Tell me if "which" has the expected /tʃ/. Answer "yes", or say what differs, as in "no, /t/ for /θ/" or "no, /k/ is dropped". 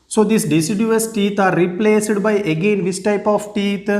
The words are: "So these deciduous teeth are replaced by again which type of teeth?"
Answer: no, /s/ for /tʃ/